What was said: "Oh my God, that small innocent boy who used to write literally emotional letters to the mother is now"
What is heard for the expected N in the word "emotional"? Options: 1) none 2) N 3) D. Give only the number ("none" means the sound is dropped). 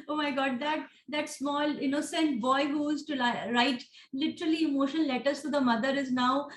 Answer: 1